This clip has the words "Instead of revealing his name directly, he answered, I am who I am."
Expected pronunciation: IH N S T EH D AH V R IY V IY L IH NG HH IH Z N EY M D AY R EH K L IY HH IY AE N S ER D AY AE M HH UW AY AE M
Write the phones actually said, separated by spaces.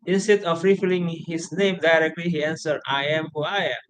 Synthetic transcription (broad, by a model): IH N S T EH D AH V R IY F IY L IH NG HH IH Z N EY M D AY R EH K L IY HH IY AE N S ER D AY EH M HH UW AY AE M